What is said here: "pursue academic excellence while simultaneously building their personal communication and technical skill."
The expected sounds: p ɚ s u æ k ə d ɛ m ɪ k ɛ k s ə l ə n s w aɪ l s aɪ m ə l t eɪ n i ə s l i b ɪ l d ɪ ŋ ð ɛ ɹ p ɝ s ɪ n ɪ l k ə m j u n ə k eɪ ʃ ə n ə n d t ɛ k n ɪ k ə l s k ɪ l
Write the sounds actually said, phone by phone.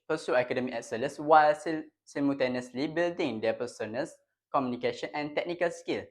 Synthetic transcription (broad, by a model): p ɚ s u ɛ k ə d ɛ m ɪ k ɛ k s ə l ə s w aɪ l s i m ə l t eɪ n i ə s l i b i l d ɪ ŋ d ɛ p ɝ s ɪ n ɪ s k ə m j u n ə k eɪ ʃ ə n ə n t ɛ k n ɪ k ə l s k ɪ l